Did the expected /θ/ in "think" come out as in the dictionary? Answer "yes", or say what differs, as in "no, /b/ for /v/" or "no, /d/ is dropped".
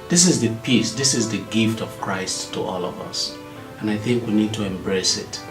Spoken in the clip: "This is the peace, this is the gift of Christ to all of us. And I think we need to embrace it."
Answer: yes